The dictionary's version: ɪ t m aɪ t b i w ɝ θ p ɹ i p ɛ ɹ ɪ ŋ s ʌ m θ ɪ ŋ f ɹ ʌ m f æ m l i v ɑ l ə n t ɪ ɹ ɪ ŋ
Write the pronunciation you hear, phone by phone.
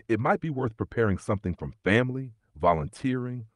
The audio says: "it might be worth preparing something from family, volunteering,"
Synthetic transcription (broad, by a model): ɪ t m aɪ t b i w ɝ θ p ɹ i p ɛ ɹ ɪ ŋ s ʌ m θ ɪ ŋ f ɹ ʌ m f æ m l i v ɑ l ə n t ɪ ɹ ɪ ŋ